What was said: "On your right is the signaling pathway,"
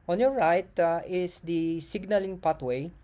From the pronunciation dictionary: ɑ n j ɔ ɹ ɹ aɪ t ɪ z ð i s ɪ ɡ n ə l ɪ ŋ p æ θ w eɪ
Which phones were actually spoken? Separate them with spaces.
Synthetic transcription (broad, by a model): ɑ n j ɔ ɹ ɹ aɪ t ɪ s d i s ɪ ɡ n ə l ɪ ŋ p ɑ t w eɪ